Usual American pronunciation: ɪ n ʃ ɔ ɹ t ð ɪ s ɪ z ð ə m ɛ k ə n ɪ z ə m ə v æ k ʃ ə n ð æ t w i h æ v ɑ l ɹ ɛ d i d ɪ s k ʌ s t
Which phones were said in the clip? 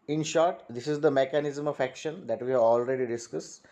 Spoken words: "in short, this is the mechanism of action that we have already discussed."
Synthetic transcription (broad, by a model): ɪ n ʃ ɔ ɹ t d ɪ s ɪ z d ə m ɛ k ə n ɪ z ə m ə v æ k ʃ ə n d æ t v i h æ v ɑ l ɹ ɛ d i d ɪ s k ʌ s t